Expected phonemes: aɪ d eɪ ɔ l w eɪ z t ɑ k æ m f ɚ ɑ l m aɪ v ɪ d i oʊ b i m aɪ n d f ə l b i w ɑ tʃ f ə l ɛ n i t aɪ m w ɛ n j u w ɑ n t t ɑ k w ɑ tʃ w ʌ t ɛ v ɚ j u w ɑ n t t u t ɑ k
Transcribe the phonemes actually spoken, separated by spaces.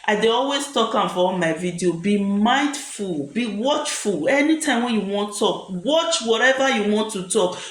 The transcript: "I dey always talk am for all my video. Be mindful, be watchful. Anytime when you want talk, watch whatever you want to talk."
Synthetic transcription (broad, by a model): aɪ d eɪ ɔ l w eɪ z t ɑ k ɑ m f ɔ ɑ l m aɪ v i d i oʊ b i m aɪ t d f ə l b i w ɑ tʃ f ə l ɛ n i t aɪ m w ɛ n j u w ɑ n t t ɑ k w ɑ tʃ w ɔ t ɛ v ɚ j u w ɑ n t t u t ɑ k